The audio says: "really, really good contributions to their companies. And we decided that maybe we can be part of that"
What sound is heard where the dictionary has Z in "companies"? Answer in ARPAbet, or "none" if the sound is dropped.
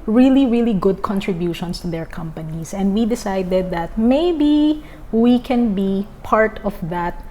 S